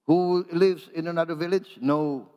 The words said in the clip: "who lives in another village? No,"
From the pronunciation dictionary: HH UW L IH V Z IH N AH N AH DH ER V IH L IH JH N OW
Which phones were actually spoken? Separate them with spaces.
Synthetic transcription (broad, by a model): HH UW L IH V Z IH N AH N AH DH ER V IH L IH JH N OW